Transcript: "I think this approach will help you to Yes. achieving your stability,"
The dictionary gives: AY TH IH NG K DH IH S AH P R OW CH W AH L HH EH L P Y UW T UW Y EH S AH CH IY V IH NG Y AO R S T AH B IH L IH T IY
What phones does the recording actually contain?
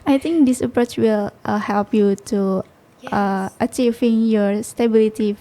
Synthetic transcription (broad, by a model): AY T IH NG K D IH S AH P R OW CH W AH L HH EH L P Y UW T UW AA AH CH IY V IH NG Y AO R S T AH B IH L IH T IY